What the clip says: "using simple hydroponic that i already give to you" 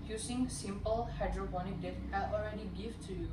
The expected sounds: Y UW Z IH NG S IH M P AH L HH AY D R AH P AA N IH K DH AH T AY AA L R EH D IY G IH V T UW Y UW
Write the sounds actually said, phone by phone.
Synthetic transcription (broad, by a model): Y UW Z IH NG S IH M P AH L HH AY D R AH B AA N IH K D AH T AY AA L R EH D IY G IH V T UW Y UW